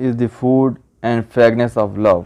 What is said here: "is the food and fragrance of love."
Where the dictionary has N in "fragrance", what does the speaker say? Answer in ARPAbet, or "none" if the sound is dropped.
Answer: none